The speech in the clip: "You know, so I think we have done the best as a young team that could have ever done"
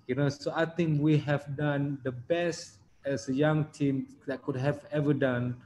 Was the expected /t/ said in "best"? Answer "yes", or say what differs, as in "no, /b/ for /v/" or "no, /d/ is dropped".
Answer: yes